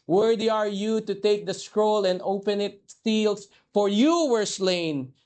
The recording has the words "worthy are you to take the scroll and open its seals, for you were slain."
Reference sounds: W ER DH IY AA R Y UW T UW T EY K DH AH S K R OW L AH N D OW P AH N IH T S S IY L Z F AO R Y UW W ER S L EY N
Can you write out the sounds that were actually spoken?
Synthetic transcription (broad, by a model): W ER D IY AA R Y UW T UW T EY K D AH S K R OW L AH N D OW P AH N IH T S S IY L S F AO R Y UW W ER S L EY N